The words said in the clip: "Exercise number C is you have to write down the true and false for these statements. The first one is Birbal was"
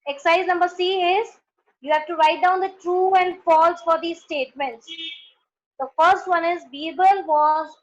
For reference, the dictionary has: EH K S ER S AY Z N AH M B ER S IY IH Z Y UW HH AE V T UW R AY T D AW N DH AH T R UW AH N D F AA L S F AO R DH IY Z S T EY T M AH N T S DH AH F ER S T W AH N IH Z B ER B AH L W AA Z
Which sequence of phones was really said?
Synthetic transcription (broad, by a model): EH K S S AY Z N AH M B ER S IY IH Z Y UW HH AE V T UW R AY T D AW N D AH T R UW AH N D F AA L S F AO R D IY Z S T EY T M AH N T S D AH F ER S T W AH N IH Z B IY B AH L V AA Z